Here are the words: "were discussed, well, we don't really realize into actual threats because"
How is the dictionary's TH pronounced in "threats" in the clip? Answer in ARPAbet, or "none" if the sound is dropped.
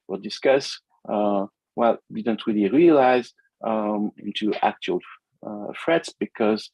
F